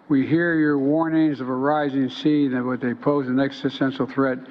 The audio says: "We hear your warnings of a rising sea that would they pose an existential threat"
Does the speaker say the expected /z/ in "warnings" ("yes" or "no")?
yes